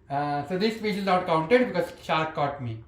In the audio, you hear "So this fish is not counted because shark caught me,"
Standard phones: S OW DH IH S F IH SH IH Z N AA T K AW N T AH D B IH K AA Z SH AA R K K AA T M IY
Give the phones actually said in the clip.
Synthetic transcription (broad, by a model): S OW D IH S P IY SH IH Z N AA T K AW N T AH D B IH K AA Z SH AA R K K AA T M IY